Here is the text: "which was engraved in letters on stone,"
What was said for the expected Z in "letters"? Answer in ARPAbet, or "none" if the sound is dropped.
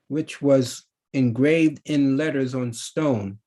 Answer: Z